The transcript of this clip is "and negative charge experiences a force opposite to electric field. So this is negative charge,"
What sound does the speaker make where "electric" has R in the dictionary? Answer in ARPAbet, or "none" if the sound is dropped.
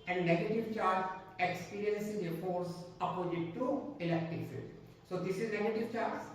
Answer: none